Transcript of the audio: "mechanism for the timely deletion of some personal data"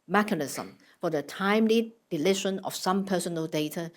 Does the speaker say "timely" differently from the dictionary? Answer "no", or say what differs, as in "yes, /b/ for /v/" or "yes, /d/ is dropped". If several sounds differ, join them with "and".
no